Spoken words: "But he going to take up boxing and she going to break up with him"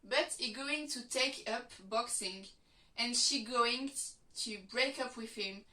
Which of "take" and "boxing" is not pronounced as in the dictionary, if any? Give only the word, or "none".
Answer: none